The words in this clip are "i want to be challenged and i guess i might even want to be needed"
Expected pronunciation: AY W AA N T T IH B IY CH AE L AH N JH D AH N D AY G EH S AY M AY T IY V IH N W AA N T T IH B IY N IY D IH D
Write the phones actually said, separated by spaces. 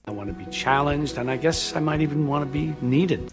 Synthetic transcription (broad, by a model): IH W AA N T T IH B IY CH AE L AH N JH D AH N AY G EH S AY M AY T IY V IH N W AA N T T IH B IY N IY D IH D